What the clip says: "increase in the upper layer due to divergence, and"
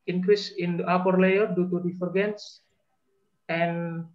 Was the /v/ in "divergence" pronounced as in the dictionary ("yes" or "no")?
no